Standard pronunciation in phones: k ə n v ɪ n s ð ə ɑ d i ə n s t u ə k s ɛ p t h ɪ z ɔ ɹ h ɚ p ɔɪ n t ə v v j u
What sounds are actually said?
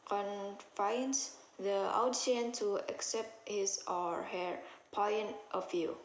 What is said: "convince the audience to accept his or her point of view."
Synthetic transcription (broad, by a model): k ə n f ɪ n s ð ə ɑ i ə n t u ə k s ɛ p t h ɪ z ɔ ɹ h ɚ p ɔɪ n t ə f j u